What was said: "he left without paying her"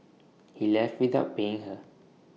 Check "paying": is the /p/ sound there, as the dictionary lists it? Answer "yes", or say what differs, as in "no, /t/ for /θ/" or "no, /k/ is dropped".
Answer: no, /b/ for /p/